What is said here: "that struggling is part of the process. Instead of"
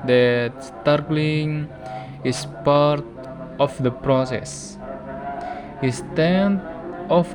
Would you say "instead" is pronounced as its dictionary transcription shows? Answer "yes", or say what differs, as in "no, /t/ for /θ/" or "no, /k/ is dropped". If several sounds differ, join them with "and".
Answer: no, /n/ is dropped